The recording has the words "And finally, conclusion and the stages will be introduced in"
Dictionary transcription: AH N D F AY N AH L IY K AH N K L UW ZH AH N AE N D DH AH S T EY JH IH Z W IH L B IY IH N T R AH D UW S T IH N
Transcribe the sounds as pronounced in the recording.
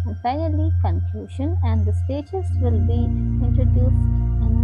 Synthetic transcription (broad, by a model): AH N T AY AH L IY K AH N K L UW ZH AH N AE N D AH S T EY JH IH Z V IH L B IY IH N T R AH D UW S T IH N